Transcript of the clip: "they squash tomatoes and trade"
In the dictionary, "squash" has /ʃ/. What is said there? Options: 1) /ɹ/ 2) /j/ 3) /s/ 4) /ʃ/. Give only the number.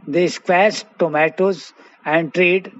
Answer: 3